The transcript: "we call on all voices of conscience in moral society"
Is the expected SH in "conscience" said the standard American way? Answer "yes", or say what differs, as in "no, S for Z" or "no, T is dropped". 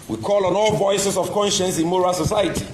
yes